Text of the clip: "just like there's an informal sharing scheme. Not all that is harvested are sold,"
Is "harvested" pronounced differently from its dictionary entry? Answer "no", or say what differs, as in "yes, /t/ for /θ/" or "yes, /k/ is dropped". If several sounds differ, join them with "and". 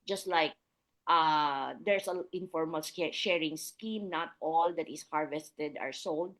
no